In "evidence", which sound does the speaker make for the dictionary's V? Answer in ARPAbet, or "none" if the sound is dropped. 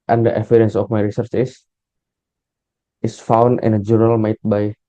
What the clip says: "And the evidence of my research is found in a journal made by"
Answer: F